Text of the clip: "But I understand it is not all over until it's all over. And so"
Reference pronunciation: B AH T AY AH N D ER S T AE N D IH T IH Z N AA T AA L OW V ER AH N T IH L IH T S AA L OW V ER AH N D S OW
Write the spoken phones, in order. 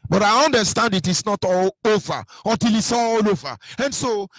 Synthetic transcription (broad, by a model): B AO T AY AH N D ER S T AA N D IH T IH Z N AA T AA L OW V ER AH T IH L IH T S AA L OW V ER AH N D S OW